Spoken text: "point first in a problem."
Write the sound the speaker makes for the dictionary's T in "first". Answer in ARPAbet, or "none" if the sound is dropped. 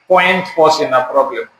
none